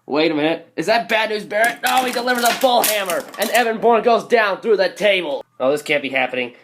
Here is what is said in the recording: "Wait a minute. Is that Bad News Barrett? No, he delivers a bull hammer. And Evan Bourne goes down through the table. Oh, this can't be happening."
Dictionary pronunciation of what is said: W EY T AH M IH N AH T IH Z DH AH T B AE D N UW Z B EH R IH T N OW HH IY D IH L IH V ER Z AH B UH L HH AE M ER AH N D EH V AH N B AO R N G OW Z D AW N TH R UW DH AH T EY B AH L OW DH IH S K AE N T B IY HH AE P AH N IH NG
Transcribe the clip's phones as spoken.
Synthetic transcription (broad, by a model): W EY T AH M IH AH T IH Z DH AH T B AE D N UW Z B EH R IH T N OW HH IY D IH L IH V ER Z AH B UH L HH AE M ER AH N EH V AH N B AO R N G OW Z D AW N TH R UW DH AH T EY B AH L OW DH IH S K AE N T B IY HH AE P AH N IH NG